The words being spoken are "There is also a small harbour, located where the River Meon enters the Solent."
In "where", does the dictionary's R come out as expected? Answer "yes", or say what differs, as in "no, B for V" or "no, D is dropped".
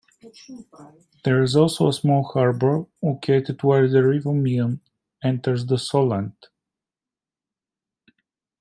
no, L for R